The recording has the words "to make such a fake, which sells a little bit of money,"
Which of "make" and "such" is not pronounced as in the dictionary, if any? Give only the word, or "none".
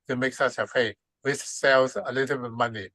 such